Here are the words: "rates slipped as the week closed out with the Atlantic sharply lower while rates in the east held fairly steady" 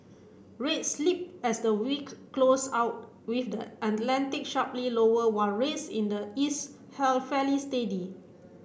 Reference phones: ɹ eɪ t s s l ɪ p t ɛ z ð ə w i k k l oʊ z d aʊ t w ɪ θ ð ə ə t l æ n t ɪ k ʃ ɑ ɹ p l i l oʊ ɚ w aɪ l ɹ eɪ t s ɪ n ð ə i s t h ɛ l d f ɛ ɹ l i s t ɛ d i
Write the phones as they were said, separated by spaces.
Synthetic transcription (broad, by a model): ɹ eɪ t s s l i p ɛ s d ə w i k k l oʊ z aʊ t w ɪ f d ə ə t l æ n t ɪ k ʃ ɑ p l i l oʊ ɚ w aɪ n ɹ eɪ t s ɪ n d ə i s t h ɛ l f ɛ l i s t ɛ d i